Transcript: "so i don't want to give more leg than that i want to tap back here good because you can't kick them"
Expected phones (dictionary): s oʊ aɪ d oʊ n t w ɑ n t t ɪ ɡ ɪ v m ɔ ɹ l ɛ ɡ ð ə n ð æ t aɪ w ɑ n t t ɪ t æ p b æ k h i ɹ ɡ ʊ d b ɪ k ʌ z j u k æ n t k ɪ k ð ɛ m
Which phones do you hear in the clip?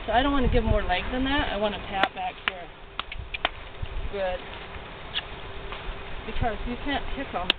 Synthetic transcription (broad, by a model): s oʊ aɪ d oʊ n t w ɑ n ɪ ɡ ɪ v m ɔ ɹ l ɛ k ð ə n ð æ t aɪ w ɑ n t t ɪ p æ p b æ k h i ɹ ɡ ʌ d b ɪ k ʌ z j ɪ k æ n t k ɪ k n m